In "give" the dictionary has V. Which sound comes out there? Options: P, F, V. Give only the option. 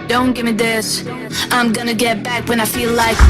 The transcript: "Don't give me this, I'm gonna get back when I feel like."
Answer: V